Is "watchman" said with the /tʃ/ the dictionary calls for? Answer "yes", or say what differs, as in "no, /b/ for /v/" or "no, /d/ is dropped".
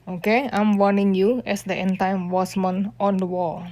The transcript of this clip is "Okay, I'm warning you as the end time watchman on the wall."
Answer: no, /s/ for /tʃ/